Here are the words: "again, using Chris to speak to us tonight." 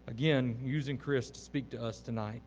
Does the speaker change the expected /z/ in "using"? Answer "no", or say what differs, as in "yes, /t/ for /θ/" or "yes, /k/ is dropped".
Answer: no